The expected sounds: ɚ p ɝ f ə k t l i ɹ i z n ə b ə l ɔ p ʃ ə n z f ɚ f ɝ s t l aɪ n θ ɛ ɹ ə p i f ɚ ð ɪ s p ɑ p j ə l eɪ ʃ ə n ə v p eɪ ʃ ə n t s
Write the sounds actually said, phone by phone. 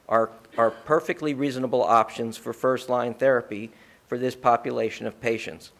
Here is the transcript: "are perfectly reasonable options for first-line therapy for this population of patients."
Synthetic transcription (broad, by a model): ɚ p ɝ f ə k t l i ɹ i z n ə b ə l ɔ p ʃ ə n z f ɚ f ɝ s t l aɪ n θ ɛ ɹ ə p i f ɚ ð ɪ s p ɑ p j ə l eɪ ʃ ə n ə v p eɪ ʃ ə n t s